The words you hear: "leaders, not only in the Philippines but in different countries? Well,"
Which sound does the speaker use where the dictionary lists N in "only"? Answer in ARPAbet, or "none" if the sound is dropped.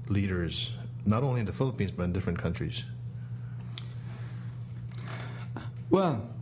none